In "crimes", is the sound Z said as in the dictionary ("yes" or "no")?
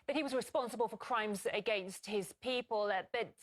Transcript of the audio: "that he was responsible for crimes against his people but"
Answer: yes